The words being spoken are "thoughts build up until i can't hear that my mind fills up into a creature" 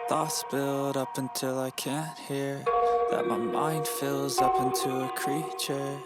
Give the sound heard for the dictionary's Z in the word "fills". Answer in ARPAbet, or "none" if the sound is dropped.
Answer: Z